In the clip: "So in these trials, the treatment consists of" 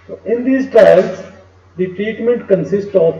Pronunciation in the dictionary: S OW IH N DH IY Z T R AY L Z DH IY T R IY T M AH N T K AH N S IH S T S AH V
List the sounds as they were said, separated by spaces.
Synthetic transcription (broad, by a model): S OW IH N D IY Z T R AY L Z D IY T R IY T M AH N T K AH N S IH S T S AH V